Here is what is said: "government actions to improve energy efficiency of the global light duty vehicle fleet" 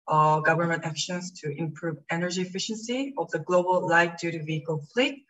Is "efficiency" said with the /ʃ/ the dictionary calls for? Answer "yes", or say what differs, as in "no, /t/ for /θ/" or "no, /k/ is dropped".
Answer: yes